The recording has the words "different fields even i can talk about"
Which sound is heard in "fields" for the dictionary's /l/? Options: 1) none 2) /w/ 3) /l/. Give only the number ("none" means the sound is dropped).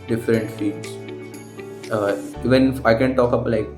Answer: 1